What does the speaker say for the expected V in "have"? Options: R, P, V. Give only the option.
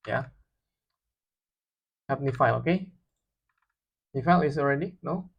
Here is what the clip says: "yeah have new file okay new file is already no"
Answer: P